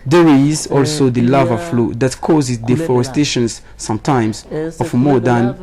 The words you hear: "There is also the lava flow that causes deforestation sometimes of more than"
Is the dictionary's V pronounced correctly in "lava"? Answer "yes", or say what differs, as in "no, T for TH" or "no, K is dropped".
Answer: yes